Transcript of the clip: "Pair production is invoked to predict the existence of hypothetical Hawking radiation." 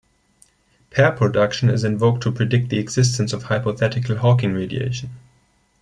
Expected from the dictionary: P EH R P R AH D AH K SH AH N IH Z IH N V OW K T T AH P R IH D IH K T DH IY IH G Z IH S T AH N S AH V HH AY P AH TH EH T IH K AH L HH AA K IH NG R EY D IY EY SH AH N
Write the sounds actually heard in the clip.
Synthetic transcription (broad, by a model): P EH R P R AH D AH K SH AH N IH Z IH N V OW K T T AH P R IH D IH K T DH IY IH G Z IH S T AH N S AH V HH AY P AH TH EH T IH K AH L HH AA K IH NG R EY D IY EY SH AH N